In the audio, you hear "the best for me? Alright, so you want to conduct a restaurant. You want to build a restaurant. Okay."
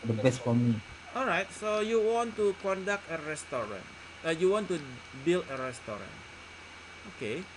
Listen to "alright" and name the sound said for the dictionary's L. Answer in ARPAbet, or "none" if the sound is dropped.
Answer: L